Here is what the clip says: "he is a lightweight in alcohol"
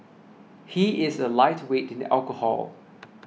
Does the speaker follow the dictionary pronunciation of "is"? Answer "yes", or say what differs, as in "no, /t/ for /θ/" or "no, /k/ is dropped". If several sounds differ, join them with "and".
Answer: yes